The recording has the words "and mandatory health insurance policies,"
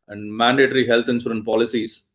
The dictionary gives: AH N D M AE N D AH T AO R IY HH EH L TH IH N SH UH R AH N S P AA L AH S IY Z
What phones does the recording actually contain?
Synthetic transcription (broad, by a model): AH N D M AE N D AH T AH R IY HH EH L T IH N S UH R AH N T P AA L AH S IY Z